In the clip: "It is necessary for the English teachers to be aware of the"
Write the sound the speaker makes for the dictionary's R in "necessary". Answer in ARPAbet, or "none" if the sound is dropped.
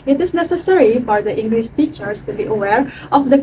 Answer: R